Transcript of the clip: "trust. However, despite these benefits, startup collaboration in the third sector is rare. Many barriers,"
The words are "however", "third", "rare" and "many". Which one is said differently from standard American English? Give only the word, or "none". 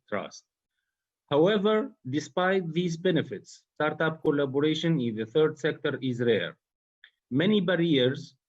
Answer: none